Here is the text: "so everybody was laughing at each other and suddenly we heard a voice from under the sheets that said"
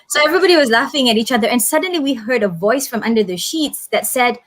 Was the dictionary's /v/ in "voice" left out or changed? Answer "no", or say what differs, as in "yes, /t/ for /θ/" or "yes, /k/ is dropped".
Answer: no